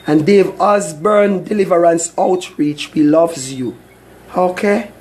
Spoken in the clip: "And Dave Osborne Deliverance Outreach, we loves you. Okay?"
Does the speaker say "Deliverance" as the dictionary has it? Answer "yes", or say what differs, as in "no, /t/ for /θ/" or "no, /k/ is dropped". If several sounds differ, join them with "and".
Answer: yes